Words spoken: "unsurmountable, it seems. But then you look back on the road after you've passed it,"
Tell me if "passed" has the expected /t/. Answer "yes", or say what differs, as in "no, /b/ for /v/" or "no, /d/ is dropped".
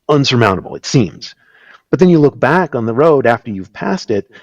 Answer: yes